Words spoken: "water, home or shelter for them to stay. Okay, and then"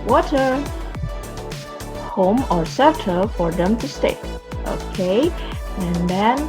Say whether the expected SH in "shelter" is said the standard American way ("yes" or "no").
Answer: no